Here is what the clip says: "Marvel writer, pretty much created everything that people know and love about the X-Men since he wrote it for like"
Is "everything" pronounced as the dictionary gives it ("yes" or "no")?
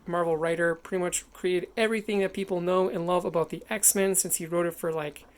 yes